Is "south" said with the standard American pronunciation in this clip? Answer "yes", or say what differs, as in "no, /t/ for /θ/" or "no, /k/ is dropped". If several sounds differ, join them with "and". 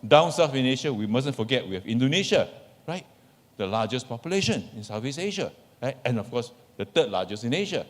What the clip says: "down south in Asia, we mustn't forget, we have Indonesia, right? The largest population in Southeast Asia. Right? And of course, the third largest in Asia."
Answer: no, /f/ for /θ/